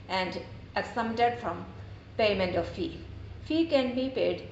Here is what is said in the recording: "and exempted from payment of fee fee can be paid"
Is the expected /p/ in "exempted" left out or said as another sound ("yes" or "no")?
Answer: yes